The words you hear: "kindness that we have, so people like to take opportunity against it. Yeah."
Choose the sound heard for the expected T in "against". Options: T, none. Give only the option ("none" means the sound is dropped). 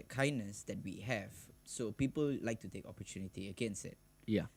none